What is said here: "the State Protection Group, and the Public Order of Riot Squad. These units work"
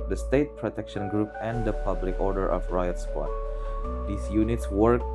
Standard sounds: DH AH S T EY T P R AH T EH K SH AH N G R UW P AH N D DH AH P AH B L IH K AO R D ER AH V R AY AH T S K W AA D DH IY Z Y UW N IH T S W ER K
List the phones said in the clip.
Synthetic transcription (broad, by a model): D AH S T EY T P R AH T EH K SH AH N G R UW P AH N D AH P AH B L IH K AO R D ER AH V R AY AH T S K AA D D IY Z Y UW N IH T S W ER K